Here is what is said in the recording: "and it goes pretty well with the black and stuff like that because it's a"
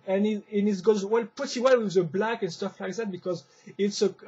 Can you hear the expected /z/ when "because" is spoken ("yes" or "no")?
yes